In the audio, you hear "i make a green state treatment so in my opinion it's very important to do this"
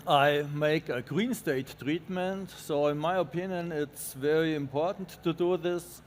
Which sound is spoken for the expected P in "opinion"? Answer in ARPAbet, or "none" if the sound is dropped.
P